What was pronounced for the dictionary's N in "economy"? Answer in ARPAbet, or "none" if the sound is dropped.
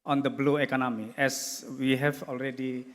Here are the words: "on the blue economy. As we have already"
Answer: N